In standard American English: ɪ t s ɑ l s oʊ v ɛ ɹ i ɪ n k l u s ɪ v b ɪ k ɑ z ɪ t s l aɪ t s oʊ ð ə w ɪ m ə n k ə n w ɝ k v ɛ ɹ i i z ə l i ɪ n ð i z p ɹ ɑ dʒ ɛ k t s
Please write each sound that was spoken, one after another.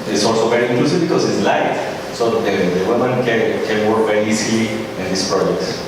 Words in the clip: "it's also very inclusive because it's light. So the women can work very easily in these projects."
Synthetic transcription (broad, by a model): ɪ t s ɑ l s oʊ v ɛ ɹ i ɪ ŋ k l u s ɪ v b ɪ k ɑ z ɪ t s l aɪ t s oʊ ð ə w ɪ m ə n k ə n w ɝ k v ɛ ɹ i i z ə l i ɪ n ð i s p ɹ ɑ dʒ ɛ k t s